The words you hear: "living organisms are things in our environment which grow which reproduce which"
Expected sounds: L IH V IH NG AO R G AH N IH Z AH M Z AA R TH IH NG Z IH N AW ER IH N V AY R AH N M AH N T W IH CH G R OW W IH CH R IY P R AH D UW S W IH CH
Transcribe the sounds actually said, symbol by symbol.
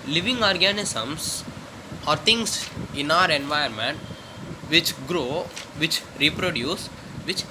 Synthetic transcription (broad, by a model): L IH V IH NG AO R G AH N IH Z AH M S AA R T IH NG S IH N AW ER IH N V AY AH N M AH N T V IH CH G R OW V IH CH R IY P R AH D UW S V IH CH